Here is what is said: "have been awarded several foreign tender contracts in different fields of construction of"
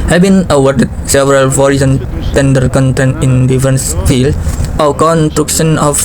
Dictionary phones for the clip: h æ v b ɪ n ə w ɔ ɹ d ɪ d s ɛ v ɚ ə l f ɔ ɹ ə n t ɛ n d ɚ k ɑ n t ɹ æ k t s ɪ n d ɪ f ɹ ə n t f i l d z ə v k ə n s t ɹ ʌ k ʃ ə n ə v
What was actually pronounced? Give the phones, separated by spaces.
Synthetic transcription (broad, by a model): h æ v b ɪ n ə w ɔ ɹ d ɪ d s ɛ v ɚ ə l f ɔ ɹ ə n t ɛ n d ɚ k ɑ n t ɛ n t ɪ n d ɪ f ɹ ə n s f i l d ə w k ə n s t ɹ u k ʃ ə n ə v